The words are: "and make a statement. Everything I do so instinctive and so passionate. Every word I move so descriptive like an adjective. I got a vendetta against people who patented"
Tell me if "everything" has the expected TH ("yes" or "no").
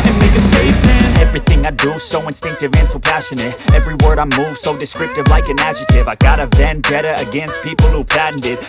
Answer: yes